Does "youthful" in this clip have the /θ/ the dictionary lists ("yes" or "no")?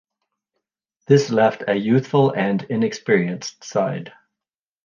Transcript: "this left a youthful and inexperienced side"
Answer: yes